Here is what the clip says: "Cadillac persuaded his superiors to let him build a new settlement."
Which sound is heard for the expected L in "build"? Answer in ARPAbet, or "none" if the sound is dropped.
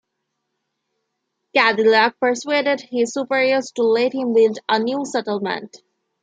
none